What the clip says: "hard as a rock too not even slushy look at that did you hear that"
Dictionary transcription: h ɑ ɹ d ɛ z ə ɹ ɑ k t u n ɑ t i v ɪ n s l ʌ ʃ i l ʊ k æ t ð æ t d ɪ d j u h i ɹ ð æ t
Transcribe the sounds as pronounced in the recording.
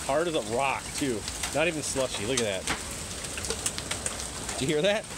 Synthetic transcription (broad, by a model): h ɑ ɹ d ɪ z ə ɹ ɑ k t u n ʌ t i v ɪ n s l ʌ ʃ i l ʊ k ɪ t ð æ t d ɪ h i ɹ ð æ t